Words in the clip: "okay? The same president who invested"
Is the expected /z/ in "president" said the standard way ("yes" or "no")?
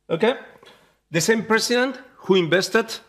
no